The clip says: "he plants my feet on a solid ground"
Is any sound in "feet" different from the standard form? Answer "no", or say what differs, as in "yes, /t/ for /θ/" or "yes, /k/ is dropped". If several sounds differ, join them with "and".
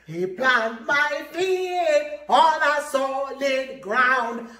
yes, /t/ is dropped